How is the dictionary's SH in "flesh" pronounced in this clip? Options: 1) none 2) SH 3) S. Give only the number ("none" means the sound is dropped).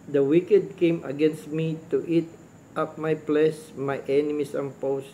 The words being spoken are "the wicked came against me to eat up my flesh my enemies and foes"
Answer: 3